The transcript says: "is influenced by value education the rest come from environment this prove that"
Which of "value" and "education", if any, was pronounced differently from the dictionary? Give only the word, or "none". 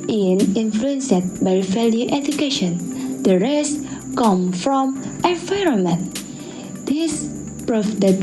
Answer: value